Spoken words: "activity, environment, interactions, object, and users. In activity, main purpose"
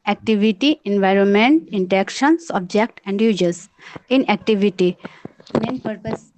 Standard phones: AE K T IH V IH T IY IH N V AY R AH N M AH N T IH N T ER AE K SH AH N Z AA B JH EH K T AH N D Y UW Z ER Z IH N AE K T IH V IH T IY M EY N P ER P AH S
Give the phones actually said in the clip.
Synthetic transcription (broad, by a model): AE K T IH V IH T IY IH N V AY R AH N M AH N T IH N T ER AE K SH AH N S AA B JH EH K T AH N D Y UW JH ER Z IH N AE K T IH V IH T IY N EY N P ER P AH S